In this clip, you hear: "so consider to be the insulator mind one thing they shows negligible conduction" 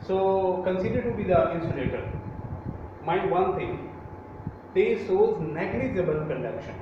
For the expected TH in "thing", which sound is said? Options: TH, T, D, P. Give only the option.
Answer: T